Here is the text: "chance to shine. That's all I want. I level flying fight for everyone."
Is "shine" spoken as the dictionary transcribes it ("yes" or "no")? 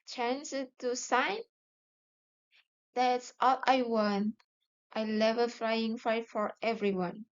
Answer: no